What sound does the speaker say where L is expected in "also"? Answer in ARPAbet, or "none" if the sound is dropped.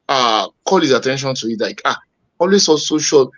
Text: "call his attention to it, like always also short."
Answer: none